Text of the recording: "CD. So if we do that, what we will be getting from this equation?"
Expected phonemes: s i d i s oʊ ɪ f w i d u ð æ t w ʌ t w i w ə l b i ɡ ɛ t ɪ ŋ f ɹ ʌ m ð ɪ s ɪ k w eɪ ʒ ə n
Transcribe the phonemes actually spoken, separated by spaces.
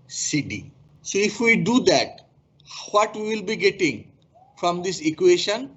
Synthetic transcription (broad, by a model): s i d i s oʊ ɪ f w i d u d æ t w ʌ t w i w ə l b i ɡ ɛ t ɪ ŋ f ɹ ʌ m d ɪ s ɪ k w eɪ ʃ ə n